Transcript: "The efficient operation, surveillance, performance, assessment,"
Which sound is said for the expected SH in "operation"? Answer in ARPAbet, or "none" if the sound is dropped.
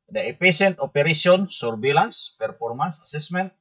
S